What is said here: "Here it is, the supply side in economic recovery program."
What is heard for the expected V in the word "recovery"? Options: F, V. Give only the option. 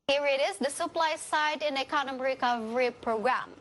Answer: V